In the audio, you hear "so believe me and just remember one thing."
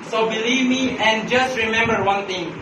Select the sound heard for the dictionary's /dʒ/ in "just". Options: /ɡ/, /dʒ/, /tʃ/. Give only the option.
/dʒ/